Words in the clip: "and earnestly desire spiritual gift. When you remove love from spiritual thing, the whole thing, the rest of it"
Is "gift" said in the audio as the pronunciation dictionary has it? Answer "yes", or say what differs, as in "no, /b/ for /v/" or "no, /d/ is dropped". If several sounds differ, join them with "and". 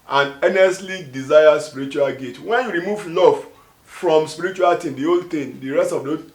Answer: no, /f/ is dropped